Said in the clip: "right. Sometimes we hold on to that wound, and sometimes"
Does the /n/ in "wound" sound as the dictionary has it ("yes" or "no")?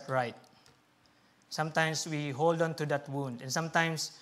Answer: yes